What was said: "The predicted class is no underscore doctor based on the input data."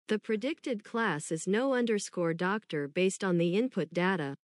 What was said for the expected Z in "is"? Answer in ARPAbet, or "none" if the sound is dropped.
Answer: Z